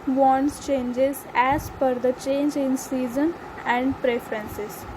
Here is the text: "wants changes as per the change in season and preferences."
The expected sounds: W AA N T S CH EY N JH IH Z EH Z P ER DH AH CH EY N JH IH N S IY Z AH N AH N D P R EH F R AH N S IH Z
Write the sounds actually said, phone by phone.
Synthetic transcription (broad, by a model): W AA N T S CH EY N JH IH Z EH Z F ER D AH CH EY N JH IH N S IY Z AH N AH N D P R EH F R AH N S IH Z